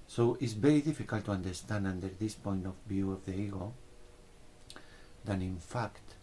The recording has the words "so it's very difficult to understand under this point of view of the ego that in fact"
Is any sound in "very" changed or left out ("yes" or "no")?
yes